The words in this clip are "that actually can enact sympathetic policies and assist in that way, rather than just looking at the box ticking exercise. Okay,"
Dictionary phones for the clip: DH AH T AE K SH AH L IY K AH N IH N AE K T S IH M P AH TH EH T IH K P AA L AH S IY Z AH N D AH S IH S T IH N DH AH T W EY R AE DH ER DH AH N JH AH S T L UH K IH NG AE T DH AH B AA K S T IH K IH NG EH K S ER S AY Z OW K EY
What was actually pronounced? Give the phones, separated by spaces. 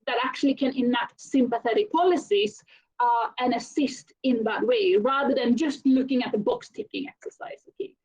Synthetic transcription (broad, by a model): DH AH T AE K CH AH L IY K AH N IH N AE T S IH M P AH TH EH T IH K P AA L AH S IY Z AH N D AH S IH S T IH N DH AH T W EY R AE DH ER DH AH N JH AH S T L UH K IH NG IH T DH AH B AA K S T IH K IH NG EH K S ER S AY Z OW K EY